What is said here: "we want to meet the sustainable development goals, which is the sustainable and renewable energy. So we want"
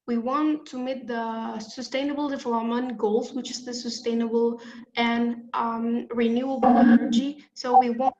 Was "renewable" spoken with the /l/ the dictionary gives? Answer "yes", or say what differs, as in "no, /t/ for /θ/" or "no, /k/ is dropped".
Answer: no, /n/ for /l/